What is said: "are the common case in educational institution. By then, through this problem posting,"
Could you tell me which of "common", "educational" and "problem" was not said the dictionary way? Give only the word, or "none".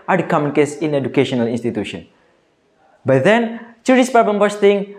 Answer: problem